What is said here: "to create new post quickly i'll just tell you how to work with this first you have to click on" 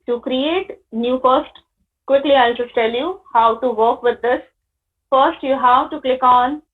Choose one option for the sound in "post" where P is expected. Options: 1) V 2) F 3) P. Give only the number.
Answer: 2